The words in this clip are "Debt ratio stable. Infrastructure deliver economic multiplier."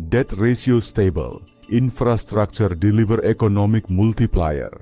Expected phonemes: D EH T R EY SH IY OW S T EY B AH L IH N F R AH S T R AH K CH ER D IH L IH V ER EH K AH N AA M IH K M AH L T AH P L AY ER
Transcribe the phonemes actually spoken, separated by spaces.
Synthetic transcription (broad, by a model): D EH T R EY S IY OW S T EY B AH L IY N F R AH S T R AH K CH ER D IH L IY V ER EH K AH N AA M IH K M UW L T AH P L AY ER